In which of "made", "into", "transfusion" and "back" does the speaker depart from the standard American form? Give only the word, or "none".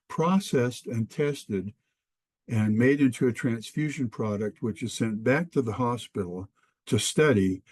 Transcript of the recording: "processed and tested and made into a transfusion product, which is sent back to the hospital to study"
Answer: none